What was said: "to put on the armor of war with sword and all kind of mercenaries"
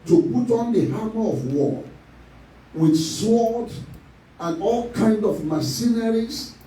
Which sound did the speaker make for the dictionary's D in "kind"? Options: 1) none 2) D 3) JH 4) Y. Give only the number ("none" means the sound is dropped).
2